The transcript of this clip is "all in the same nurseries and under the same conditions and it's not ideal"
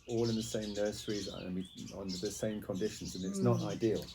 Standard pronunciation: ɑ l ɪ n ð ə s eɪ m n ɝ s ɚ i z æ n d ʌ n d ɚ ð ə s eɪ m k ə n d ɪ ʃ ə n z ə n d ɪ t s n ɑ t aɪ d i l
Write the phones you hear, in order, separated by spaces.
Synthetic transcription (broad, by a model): ɑ l ɪ n ð ə s eɪ m n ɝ s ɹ i z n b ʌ n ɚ ð ə s eɪ m k ə n d ɪ ʃ ə n z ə n ɪ t s n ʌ t aɪ d i l